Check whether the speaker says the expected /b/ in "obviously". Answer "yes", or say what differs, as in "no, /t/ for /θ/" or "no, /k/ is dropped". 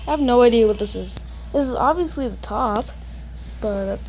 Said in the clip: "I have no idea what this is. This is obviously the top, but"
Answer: yes